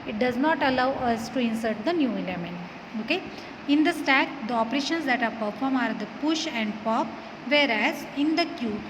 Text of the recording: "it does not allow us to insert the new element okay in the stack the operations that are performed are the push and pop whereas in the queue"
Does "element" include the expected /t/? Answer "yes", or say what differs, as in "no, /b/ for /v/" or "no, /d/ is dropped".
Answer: no, /t/ is dropped